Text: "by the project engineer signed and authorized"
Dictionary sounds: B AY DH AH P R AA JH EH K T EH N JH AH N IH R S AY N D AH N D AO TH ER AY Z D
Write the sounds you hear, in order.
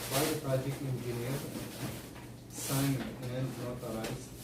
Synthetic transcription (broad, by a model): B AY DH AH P R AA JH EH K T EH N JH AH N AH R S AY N AH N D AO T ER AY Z